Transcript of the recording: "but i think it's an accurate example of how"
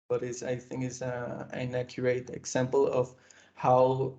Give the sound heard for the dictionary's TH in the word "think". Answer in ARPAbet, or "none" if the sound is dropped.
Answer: TH